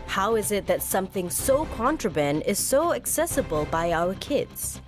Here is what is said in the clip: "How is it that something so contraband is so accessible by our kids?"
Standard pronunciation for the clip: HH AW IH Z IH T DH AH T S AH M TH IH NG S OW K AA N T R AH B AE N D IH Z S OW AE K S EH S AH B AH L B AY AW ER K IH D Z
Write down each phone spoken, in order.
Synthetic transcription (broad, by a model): HH AW IH Z IH T DH AH T S AH M TH IH NG S OW K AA N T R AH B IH N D IH Z S OW AE K S EH S AH B AH L B AY AW ER K IH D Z